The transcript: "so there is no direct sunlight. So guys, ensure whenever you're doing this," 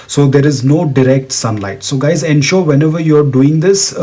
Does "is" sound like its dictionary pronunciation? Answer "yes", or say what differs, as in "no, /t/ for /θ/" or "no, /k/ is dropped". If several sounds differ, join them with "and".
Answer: yes